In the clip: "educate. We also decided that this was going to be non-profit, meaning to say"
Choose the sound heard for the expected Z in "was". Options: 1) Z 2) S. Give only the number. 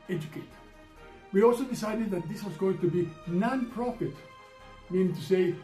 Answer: 1